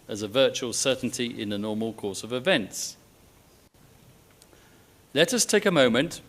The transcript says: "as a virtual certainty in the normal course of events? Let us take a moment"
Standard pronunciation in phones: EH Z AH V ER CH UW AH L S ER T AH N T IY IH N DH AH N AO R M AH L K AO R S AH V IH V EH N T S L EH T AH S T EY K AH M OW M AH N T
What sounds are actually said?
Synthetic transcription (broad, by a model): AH Z AH V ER CH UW AH L S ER T N T IY IH N DH AH N AO M AH L K AO S AH V IH V EH N T S L EH T AH S T EY K AH M OW M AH N T